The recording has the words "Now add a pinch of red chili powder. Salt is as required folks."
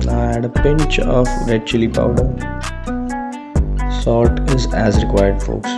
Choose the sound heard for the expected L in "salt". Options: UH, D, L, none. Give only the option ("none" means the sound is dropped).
none